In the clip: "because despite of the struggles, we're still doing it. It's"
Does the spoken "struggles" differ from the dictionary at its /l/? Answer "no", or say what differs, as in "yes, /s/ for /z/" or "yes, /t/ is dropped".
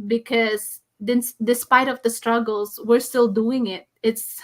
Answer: no